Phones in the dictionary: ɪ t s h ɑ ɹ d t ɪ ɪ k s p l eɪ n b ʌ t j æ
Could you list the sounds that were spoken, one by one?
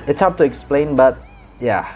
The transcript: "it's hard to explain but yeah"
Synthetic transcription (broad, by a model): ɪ t s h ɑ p t ɪ ɪ k s p l eɪ n b ʌ t j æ